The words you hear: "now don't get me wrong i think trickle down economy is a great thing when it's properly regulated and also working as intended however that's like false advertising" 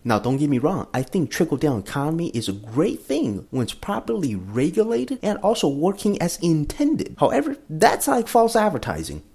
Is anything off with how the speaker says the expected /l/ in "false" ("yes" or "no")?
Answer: no